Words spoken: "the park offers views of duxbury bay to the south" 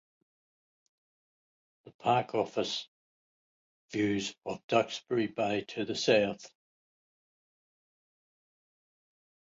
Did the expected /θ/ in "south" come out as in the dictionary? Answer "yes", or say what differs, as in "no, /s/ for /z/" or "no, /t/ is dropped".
yes